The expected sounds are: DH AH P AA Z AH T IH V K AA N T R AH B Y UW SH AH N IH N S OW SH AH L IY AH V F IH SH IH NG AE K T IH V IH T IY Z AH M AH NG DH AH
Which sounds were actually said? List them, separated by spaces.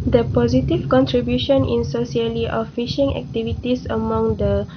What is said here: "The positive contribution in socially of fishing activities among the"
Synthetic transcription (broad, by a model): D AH P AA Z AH T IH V K AA N T R AH B Y UW SH AH N IH N S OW S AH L IY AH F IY SH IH NG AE K T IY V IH T IY S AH M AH NG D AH